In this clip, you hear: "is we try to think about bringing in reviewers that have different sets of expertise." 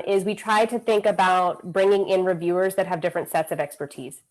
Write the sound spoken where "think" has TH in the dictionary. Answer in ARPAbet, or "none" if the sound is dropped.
TH